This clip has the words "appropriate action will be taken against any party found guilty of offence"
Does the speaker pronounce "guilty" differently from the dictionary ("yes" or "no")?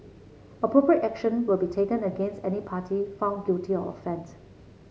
yes